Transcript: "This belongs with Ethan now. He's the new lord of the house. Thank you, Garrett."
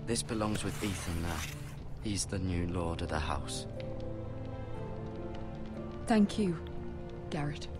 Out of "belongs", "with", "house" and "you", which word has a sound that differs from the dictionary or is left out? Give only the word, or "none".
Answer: none